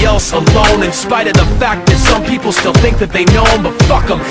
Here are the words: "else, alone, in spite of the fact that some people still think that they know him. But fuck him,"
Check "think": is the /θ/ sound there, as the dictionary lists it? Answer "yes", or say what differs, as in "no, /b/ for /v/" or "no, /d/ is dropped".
yes